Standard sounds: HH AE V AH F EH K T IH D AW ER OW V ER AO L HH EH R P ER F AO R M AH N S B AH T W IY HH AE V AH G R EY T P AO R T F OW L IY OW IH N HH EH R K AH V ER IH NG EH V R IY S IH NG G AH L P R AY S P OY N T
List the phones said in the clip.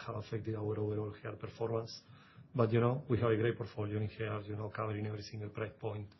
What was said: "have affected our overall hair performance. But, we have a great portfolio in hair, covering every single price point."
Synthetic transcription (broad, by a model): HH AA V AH F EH K T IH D AW ER OW V ER AO L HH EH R P ER F AO R M AH N S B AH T W IY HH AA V AH G R EY T P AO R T F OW L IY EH IH N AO K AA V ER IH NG EH V R IY S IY NG G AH L P R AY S P OY N T